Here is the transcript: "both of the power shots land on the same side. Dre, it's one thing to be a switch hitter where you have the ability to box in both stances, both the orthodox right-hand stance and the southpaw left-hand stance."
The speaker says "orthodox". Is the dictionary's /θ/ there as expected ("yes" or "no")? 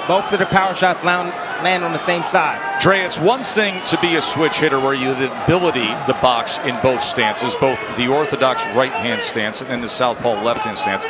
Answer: yes